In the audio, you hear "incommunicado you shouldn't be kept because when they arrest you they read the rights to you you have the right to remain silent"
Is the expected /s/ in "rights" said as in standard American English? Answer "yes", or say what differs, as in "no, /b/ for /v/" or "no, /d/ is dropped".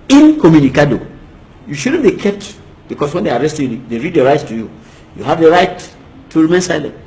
no, /s/ is dropped